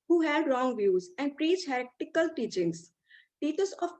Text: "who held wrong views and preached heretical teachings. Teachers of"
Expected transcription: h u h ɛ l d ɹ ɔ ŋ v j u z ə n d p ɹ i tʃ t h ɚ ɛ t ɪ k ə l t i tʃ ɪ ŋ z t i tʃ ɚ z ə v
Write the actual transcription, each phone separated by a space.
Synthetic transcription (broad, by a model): h u h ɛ d ɹ ɔ ŋ v j u z ə n d p ɹ i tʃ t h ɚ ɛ t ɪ k ə l t i tʃ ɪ ŋ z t i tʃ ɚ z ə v